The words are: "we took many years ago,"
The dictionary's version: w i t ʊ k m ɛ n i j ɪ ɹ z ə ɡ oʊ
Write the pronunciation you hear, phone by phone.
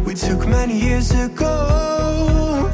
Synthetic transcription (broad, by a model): w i t ʊ k m ɛ n i j ɪ ɹ z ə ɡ oʊ